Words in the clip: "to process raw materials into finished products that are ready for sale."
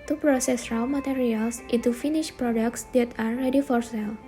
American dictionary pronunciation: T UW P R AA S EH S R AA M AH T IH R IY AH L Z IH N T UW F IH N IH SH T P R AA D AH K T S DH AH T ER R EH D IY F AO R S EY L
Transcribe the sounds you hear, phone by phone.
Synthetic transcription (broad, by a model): T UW P R AA S EH S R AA M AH T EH R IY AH L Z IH T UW F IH N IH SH P R AA D AH K T S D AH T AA R EH D IY F AO R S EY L